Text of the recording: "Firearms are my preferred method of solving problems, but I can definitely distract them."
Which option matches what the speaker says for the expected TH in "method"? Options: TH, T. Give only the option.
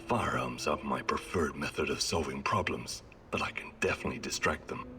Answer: TH